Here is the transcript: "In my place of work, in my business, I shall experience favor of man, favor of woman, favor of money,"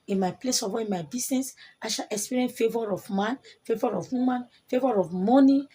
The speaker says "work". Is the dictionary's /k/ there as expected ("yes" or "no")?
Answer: no